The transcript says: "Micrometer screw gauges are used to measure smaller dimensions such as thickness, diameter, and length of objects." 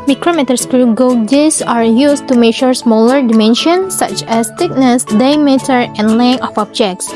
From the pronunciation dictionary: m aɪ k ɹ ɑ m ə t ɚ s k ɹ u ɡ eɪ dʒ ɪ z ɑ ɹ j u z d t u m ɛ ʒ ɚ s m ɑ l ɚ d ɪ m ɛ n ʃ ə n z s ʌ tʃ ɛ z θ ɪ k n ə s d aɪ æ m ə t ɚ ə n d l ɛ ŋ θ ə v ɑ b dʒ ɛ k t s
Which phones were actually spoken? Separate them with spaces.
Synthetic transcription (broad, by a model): m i k ɹ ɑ m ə t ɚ s k ɹ u ɡ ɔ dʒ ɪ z ɑ ɹ j u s t u m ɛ ʃ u s m ɑ l ɚ d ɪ m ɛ n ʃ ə n s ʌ tʃ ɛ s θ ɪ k n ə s d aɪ m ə t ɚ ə n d l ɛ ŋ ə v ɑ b dʒ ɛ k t s